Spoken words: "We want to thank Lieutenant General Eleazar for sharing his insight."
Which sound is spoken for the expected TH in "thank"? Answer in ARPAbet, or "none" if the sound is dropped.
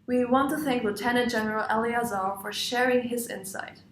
TH